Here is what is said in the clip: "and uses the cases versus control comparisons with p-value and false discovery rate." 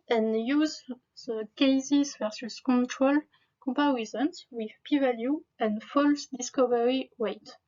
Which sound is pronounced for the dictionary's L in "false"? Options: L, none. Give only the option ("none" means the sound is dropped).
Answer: L